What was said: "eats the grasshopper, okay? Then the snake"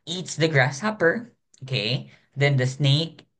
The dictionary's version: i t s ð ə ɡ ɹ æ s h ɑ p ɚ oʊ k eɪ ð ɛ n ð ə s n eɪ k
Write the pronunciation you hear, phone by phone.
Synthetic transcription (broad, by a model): i t s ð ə ɡ ɹ æ s h ɑ p ɚ oʊ k eɪ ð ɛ n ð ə s n eɪ k